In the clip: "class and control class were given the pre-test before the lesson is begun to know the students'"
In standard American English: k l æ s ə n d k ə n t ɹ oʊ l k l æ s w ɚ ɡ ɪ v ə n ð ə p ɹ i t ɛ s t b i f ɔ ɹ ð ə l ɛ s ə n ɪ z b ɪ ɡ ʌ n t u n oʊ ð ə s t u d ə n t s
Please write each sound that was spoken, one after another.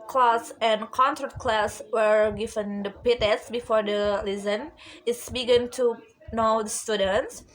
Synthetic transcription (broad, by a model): k l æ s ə n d k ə n s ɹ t k l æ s w ɚ ɡ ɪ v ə n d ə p i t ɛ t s b i f ɔ ɹ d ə l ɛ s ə n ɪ s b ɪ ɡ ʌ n t u n oʊ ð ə s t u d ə n t s